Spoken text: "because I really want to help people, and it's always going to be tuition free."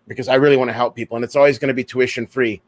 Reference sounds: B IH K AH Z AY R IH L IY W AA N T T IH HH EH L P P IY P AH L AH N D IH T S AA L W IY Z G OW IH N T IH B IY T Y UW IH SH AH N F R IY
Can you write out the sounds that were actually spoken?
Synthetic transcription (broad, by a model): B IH K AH Z AY R IH L IY W AA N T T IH HH EH L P P IY P L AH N IH T S AA L W IY Z G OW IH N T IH B IY T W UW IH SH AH N F R IY